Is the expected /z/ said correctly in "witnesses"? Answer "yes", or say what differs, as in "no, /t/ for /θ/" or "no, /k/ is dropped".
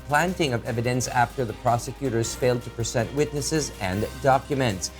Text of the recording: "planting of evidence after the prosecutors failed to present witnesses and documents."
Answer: yes